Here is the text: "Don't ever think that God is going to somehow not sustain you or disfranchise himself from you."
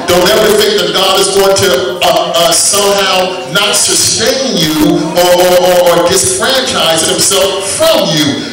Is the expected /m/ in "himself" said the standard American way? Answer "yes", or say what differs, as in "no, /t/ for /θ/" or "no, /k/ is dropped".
yes